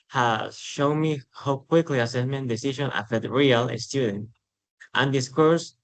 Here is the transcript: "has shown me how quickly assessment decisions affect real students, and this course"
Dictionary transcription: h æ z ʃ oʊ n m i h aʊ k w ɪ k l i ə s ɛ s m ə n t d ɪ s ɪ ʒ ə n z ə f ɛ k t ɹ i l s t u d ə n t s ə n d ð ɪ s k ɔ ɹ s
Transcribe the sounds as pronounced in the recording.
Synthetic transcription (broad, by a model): h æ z ʃ oʊ n m i h aʊ k w ɪ k l i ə s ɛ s m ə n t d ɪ s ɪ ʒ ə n ə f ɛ t ɹ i l s t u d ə n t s ə n d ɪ s k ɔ ɹ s